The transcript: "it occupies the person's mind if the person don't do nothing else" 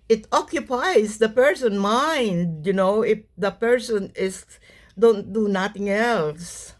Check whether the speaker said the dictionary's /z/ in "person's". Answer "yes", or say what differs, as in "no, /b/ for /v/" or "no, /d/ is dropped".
no, /z/ is dropped